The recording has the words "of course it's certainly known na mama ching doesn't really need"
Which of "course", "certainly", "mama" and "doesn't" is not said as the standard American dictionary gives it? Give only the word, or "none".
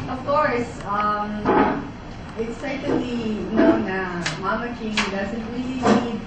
certainly